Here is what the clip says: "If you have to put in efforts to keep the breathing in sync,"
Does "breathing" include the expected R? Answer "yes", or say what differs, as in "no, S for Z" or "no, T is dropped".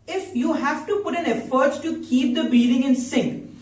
no, R is dropped